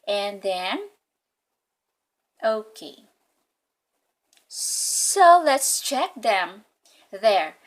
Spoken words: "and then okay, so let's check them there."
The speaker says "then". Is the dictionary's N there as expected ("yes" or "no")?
yes